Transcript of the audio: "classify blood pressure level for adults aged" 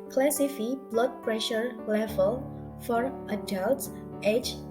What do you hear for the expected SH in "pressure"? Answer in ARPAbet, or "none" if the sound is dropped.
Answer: SH